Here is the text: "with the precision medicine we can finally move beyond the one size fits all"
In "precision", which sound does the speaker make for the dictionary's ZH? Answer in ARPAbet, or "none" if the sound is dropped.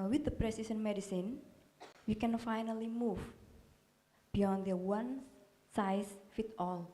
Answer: S